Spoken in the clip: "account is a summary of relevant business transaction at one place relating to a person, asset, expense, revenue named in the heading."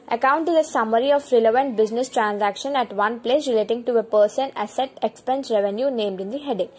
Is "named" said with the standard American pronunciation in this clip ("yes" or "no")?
yes